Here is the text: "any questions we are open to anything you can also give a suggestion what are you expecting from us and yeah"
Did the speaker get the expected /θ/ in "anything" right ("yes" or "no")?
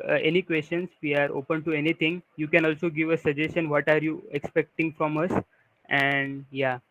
no